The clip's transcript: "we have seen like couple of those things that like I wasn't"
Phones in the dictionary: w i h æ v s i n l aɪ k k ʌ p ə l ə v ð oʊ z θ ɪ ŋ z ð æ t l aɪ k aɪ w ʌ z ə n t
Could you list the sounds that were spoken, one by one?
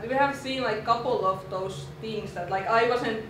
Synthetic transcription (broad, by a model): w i h æ v s i n l aɪ k k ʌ p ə l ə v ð oʊ s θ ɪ ŋ s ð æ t l aɪ k aɪ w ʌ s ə n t